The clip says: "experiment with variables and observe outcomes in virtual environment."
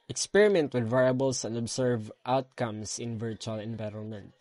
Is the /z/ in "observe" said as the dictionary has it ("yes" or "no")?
no